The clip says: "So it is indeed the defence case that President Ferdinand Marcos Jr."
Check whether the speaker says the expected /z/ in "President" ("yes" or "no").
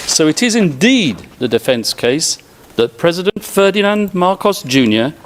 yes